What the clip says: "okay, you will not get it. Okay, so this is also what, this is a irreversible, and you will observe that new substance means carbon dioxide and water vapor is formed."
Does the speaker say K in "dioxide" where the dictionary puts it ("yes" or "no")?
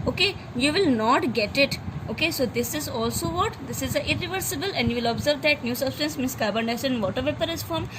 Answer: no